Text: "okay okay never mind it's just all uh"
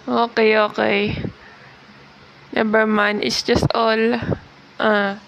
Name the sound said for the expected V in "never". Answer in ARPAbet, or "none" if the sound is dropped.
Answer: B